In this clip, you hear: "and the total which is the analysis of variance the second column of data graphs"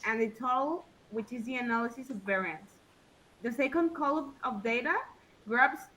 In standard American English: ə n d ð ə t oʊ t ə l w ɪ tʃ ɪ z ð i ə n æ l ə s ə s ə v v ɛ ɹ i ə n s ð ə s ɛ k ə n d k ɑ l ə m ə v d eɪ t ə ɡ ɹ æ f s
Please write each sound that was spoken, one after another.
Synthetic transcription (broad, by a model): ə n ð ə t t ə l w ɪ tʃ ɪ z ð i ə n æ l ə s ə s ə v v ɛ ɹ i ə n s ð ə s ɛ k ə n d k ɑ l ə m ə v d eɪ t ə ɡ ɹ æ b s